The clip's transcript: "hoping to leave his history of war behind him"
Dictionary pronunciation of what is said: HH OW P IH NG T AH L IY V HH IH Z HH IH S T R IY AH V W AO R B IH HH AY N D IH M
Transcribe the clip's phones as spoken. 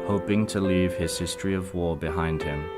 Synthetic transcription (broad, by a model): HH OW P IH NG T AH L IY V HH IH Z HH IH S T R IY AH V W AO B IH HH AY N D IH M